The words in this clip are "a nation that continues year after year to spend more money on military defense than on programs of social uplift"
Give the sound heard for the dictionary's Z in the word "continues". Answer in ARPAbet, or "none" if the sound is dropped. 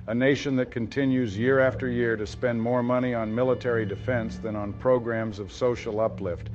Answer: Z